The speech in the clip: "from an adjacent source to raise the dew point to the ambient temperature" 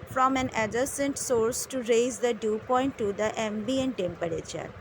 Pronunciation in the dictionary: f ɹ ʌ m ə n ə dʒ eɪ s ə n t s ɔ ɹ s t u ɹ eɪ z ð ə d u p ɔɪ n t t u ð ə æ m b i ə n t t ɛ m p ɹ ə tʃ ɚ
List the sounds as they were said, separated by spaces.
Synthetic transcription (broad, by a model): f ɹ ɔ m ə n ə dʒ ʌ s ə n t s ɔ ɹ s t u ɹ eɪ z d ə d u p ɔɪ n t t u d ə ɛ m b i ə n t t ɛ m p ɹ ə tʃ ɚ